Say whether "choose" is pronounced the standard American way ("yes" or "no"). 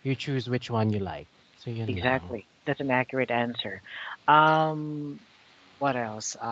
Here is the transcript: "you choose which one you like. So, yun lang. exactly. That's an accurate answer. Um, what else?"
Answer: yes